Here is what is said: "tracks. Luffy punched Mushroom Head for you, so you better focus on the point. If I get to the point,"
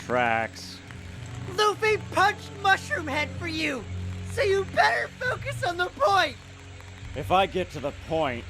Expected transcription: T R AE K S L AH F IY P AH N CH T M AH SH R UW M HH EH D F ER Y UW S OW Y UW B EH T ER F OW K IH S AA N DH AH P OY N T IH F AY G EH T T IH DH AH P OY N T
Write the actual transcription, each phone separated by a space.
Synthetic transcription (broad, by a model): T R AE K S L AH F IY P AH N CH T M AH SH R UW M HH EH D F ER Y UW S OW Y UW B EH T ER F OW K IH S N DH AH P OY N T IH F AY G EH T T IH DH AH P OY N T